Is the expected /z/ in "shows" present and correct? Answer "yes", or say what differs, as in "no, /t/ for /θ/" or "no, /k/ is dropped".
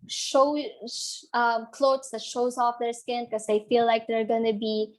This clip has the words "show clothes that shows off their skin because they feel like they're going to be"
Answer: yes